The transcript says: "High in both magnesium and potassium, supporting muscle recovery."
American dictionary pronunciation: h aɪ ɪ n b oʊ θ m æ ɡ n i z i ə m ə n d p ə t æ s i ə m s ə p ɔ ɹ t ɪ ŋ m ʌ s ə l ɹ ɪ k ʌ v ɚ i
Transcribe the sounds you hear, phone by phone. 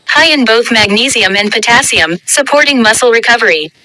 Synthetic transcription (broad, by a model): h aɪ ɪ n b oʊ θ m æ ɡ n i z i ə m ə n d p ə t æ s i ə m s ə p ɔ ɹ t ɪ ŋ m ʌ s l ɹ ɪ k ʌ v ɚ i